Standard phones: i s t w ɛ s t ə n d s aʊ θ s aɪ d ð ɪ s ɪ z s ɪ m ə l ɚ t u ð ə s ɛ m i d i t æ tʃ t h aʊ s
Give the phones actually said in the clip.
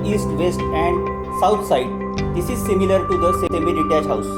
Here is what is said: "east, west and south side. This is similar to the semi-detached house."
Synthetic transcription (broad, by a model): i s t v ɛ s t ə n d s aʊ t s aɪ d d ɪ s ɪ z s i m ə l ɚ t u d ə s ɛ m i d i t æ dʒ h aʊ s